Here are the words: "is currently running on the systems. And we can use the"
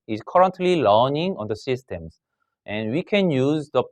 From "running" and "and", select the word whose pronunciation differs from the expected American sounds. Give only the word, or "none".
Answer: running